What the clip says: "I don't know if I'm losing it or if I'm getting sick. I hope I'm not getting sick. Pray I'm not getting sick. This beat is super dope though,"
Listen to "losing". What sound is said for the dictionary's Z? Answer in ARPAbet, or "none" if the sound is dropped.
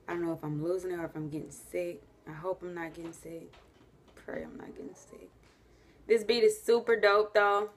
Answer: Z